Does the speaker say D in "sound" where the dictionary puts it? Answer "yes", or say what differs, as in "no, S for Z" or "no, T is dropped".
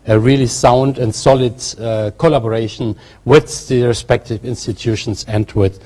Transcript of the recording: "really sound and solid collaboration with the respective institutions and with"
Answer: yes